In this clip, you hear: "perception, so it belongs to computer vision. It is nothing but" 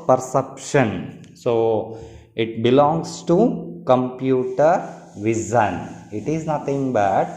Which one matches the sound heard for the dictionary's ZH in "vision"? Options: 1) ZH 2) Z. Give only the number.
2